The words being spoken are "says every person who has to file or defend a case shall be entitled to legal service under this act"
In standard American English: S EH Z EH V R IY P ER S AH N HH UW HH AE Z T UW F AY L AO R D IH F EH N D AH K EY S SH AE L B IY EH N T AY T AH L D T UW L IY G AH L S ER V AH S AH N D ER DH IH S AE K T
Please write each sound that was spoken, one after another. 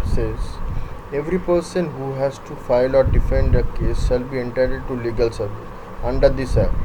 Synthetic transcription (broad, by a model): S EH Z EH V R IY P ER S AH N HH UW HH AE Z T UW F AY L AO R D IH F EH N D AH K EY S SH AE L B IY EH N T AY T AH D T UW L IY G AH L S ER V AH S AH N D ER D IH S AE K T